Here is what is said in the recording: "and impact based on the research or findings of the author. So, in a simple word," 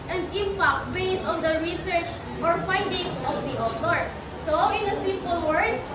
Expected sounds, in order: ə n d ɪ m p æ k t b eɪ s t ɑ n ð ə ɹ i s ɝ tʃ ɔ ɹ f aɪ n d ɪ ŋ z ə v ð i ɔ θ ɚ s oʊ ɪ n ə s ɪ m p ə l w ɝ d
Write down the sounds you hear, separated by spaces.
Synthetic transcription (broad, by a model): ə n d ɪ m p æ k t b eɪ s ɑ n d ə ɹ i s ɝ tʃ ɔ ɹ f aɪ n d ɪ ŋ s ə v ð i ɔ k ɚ s oʊ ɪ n ə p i p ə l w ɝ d